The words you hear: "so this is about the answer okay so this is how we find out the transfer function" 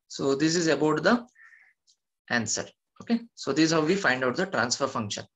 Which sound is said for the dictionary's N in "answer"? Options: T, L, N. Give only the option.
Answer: N